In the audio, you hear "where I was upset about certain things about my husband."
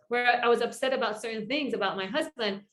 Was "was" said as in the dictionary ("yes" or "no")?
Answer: yes